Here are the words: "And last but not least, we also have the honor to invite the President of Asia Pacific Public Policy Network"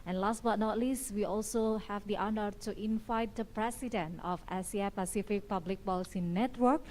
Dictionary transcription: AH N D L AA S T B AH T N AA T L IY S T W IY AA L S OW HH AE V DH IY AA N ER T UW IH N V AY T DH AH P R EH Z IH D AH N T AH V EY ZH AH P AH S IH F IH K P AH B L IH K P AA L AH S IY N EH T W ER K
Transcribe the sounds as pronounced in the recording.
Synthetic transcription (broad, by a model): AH N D L AA S T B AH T N AA T L IY S T W IY AA L S OW HH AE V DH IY AA N ER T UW IH N V AY T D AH P R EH S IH D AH N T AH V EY S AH P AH S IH F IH K P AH B L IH K B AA L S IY N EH T W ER K